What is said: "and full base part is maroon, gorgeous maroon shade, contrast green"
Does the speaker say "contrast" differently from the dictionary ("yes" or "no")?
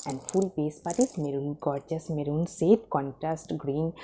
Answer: no